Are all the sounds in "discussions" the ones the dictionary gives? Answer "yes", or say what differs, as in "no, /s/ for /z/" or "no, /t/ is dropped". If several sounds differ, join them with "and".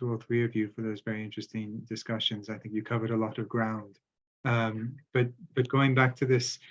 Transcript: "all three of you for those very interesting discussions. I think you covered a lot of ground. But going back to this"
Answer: yes